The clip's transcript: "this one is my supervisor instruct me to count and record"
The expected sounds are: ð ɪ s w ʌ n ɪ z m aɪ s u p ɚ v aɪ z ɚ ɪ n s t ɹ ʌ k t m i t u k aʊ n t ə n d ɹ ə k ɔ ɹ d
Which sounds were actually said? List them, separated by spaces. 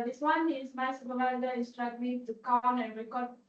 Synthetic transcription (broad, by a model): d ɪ s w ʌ n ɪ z m aɪ s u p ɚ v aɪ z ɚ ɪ s t ɹ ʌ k m i t u k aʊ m ə n d ɹ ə k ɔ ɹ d